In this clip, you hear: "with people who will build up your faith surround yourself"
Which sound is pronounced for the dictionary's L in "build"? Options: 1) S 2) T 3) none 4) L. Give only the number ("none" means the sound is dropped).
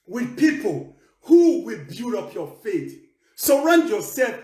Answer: 3